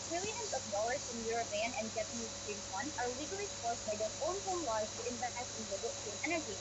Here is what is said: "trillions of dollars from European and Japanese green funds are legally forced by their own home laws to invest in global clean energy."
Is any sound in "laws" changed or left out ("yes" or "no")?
yes